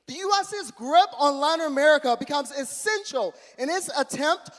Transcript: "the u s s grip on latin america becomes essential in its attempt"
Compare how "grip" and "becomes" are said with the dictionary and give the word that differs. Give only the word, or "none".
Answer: none